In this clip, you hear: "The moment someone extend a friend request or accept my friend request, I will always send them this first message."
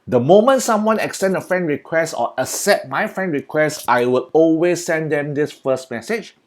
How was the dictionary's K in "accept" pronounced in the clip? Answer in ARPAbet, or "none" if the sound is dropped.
none